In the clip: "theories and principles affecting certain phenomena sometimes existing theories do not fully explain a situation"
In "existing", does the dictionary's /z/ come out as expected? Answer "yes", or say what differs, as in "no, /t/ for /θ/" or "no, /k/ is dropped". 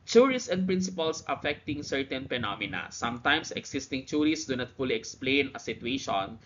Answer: no, /s/ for /z/